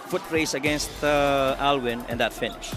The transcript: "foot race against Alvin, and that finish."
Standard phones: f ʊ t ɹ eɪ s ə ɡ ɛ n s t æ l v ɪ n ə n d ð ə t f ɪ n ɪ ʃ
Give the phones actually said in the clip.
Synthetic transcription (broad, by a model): f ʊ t ɹ eɪ s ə ɡ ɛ n s t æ l w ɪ n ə n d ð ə t f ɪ n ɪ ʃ